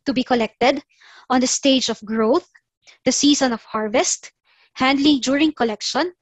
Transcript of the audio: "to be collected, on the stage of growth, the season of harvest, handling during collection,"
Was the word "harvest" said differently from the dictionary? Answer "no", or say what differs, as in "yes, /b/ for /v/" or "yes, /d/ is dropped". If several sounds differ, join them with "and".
no